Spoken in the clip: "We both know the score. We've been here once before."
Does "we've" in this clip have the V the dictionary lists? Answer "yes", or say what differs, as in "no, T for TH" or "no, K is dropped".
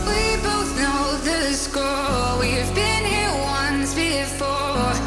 yes